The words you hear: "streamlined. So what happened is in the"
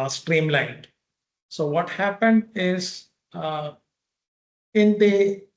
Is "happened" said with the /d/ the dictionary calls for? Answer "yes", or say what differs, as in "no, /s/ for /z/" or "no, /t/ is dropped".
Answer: yes